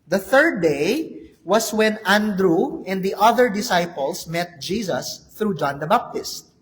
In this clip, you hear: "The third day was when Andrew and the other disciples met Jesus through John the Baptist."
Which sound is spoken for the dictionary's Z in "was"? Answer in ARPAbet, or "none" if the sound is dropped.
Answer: S